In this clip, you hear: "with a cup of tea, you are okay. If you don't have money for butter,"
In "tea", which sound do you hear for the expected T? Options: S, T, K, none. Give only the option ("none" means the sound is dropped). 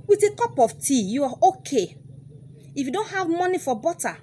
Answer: T